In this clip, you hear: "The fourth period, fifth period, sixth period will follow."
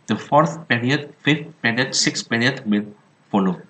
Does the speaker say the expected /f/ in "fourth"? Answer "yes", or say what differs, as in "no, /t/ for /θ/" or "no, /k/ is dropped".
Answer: yes